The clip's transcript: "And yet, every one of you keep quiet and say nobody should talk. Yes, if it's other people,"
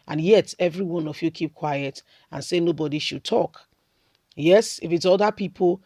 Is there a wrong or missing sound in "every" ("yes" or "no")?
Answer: no